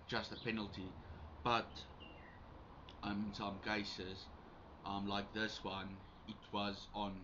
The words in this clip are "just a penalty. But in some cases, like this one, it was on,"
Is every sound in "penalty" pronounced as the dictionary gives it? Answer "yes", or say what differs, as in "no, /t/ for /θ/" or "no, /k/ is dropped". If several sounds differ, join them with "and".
yes